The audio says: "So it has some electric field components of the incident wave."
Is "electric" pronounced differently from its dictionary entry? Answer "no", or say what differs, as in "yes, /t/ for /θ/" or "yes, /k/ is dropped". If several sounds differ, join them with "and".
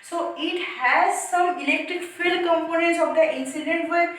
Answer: no